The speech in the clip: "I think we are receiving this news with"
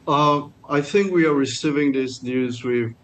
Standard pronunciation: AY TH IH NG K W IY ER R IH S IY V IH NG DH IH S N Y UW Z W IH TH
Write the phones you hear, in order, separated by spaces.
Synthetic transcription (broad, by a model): AY TH IH NG K W IY ER R IH S IY V IH NG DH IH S N Y UW Z W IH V